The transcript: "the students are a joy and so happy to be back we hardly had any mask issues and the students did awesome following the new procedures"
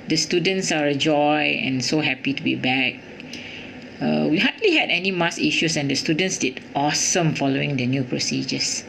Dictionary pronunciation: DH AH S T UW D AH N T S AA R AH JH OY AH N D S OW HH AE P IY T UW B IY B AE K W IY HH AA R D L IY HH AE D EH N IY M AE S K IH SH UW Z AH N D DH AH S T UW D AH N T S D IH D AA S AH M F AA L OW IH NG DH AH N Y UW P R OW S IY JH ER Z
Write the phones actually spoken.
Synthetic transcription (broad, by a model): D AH S T UW D AH N T S AA R AH JH OY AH N S OW HH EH P IY T UW B IY B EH K W IY HH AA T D L IY HH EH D EH N IY M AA S IY SH UW S AH N D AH S T UW D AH N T S D IH D AA S AH M F AA L OW IH NG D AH N Y UW P R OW S IY JH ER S